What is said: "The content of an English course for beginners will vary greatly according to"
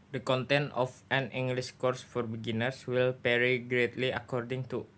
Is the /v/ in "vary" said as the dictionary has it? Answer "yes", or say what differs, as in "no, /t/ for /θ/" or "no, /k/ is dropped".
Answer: no, /p/ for /v/